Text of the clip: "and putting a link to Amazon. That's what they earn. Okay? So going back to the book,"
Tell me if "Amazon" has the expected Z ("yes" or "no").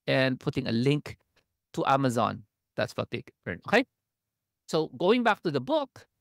yes